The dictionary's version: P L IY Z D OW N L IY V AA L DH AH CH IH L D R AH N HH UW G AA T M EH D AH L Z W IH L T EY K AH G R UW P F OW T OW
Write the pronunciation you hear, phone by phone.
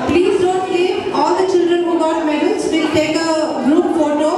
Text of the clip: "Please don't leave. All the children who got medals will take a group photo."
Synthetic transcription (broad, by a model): P L IY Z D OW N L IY AA L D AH CH IH L D R AH N HH UW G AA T M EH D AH L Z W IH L T EY K AH G R UW P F OW T OW